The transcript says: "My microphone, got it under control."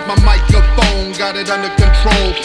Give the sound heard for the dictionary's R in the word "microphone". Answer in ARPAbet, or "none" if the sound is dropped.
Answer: none